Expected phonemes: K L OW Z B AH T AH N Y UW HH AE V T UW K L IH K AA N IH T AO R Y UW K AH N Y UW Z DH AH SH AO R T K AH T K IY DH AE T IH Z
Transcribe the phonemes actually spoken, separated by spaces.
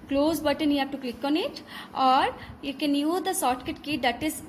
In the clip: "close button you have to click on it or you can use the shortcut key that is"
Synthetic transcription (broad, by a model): K L OW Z B AH T AH N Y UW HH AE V T UW K L IH K AA N IH T AO R Y UW K AH N Y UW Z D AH S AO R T K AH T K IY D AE T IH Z